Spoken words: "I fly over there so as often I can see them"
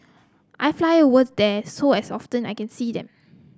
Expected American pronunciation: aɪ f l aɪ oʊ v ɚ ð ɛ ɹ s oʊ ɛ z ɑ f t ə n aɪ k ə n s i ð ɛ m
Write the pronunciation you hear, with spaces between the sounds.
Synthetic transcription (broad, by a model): aɪ f l aɪ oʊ w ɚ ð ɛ s oʊ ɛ s ɑ f t ə n aɪ k ə n s i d ɛ m